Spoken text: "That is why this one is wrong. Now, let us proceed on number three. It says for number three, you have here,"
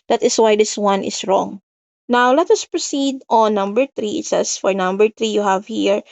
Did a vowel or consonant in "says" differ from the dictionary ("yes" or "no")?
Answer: yes